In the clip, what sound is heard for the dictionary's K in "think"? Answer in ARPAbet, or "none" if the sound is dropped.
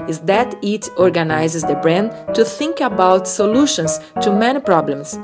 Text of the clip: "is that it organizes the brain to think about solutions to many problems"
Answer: K